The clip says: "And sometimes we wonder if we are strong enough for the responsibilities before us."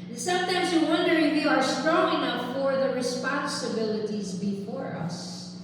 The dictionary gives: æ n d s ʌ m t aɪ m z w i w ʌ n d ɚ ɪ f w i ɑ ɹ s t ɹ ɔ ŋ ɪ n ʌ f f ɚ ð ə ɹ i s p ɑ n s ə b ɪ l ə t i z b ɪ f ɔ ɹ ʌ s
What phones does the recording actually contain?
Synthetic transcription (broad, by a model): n s ʌ m t aɪ m z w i w ʌ n d ɚ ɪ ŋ w i ɑ ɹ s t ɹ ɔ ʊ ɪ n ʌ p f ɚ ð ə ɹ i s p ɑ n s ə b ɪ l ə t i z b ɪ f ɔ ɹ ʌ s